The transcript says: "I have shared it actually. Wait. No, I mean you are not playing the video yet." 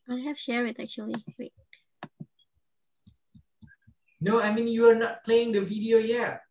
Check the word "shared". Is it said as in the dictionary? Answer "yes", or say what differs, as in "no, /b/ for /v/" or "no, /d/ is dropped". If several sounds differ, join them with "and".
no, /d/ is dropped